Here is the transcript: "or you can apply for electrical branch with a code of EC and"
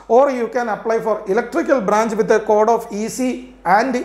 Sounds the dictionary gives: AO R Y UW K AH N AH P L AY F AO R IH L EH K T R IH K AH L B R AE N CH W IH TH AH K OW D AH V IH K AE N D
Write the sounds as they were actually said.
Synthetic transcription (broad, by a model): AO R Y UW K AH N AH P L AY F AO R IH L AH K T R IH K AH L B R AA N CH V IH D AH K OW D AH F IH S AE N D